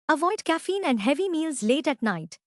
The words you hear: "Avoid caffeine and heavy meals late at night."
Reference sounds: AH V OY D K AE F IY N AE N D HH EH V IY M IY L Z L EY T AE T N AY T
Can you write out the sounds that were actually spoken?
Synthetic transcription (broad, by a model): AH V OY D K AE F IY N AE N D HH EH V IY M IY L Z L EY T AE T N AY T